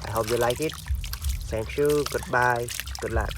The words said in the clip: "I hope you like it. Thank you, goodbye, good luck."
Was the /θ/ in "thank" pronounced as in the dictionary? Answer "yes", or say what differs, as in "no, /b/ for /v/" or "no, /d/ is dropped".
no, /s/ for /θ/